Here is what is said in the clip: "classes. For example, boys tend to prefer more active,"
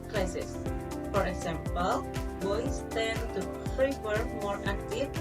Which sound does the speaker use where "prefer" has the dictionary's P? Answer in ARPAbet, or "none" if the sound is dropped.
F